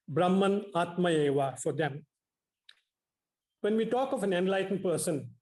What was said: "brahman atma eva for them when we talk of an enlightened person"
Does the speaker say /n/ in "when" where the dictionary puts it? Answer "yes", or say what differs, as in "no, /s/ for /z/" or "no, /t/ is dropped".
yes